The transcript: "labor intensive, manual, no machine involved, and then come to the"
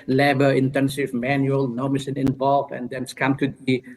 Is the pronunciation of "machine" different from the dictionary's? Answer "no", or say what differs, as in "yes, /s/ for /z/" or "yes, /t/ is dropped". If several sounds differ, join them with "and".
yes, /s/ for /ʃ/